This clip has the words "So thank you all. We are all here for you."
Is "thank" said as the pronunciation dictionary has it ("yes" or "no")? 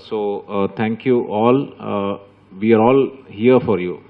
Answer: no